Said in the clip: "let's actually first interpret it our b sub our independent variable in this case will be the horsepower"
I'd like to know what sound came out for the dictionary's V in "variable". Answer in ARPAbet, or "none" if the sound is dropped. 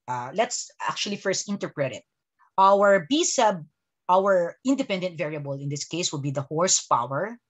V